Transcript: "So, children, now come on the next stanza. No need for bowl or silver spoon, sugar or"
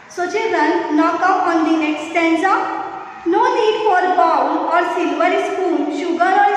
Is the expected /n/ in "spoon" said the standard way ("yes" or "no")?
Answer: no